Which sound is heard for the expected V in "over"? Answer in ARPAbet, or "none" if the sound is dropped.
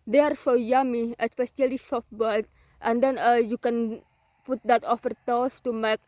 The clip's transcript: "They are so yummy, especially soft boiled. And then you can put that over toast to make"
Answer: F